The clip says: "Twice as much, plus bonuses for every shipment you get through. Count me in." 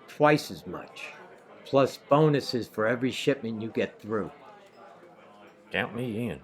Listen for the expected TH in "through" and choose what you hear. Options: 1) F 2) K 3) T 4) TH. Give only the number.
4